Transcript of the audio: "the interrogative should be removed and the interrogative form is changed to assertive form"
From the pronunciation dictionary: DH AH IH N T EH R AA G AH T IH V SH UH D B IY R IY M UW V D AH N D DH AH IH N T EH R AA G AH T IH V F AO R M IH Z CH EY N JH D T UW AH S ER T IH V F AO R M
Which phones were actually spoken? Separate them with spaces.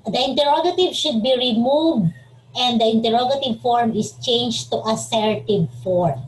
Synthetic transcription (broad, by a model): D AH IH N T EH R AA G AH T IH V SH UH D B IY R IY M UW V D AH N D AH IH N T EH R AA G AH T IH V F AO R M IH S CH EY N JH T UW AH S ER T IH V F AO R M